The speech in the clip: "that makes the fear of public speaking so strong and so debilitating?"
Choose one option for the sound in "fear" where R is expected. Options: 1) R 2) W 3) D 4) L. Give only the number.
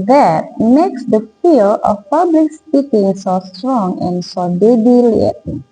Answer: 4